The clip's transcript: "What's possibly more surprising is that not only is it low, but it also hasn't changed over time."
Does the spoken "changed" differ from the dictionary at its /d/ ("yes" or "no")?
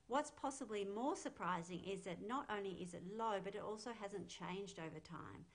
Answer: no